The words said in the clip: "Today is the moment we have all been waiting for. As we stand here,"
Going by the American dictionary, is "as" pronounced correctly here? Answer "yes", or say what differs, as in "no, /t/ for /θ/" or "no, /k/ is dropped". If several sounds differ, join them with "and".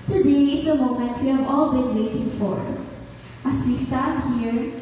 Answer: no, /s/ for /z/